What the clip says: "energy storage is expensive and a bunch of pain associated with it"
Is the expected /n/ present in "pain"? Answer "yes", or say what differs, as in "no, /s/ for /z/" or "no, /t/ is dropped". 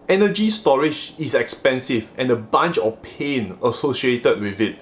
yes